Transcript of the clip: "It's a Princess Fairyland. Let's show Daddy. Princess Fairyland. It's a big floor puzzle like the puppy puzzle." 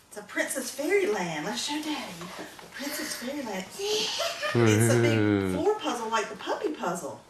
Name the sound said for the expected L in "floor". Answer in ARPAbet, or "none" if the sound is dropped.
none